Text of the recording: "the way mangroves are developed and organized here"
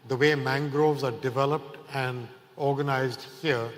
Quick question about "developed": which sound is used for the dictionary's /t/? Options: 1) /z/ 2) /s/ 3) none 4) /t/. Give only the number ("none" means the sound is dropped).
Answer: 4